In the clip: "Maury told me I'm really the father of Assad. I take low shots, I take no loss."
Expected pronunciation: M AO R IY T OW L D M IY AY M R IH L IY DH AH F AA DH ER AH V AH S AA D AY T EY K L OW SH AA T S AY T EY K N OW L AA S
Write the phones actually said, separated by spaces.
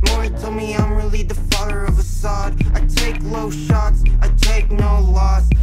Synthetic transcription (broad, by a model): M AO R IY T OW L M IY AY M R IH L IY DH AH F AA DH ER AH V AH S AA D AY T EY K L OW SH AA T S AY T EY K N OW L AA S